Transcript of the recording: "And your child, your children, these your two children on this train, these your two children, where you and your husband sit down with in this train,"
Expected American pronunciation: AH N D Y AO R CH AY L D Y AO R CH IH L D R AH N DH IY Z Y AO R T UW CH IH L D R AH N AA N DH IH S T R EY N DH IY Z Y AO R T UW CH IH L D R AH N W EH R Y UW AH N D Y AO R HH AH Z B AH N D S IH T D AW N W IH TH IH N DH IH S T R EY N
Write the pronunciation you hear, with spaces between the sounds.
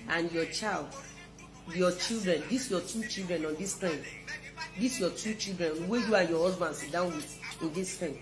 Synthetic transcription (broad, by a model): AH N Y AO CH AY L D Y AO CH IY L D R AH N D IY S Y AO T UW CH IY L D R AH N AA N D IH S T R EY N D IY S Y AO T UW CH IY L D R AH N W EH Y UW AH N Y AO HH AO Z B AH N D S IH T D AW N W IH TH IH N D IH S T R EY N